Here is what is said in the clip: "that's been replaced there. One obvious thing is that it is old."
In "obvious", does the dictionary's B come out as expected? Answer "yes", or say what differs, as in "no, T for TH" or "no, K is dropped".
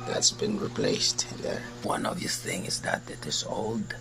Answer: no, B is dropped